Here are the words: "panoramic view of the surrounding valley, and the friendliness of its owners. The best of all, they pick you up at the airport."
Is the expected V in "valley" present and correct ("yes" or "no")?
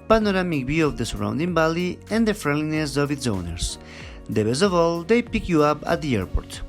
no